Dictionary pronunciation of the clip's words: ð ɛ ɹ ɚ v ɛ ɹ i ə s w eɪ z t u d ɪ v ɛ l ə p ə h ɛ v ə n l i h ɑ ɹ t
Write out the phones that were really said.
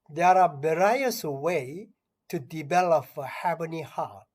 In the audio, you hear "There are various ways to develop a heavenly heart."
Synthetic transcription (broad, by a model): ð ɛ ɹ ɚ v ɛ ɹ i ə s w eɪ t u d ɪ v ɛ l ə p ə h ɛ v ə n i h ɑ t